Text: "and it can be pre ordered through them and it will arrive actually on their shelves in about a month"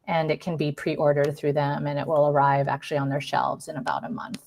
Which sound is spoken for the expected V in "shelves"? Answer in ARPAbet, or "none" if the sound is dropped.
V